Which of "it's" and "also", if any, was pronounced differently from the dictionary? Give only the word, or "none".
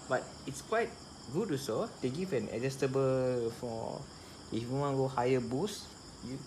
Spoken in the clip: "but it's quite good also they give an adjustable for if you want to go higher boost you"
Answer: also